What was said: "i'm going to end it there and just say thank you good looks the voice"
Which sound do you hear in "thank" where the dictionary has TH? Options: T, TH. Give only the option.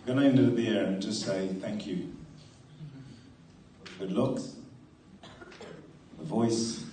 TH